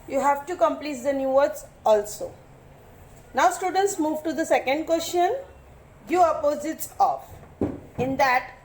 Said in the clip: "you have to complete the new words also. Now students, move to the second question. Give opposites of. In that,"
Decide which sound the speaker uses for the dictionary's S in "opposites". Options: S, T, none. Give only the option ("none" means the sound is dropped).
S